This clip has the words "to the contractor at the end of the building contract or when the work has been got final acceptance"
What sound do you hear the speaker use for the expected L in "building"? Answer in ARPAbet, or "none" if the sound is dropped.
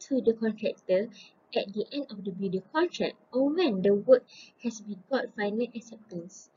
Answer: none